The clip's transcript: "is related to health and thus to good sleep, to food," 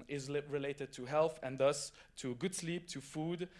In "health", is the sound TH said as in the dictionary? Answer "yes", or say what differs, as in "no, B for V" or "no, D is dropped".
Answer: yes